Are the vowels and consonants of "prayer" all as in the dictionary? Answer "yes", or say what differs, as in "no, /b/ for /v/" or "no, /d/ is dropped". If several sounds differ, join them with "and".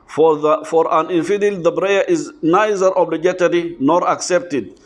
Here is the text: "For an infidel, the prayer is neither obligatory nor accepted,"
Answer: no, /b/ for /p/